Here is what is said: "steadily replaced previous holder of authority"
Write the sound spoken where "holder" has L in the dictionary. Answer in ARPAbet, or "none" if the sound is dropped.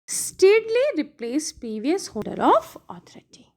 none